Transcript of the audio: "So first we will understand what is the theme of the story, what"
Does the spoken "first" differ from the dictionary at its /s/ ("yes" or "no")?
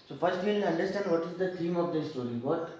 yes